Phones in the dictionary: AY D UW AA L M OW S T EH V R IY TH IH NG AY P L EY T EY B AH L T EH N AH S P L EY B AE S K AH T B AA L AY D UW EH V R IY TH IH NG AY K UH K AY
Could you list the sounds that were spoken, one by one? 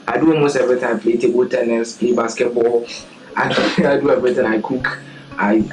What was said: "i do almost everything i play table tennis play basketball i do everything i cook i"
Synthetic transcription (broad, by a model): AY D UW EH M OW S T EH V R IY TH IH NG AY P L EY T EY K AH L T EH N AH S P L EY B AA S K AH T B AA L AY D UW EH V R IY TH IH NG AY K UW K AY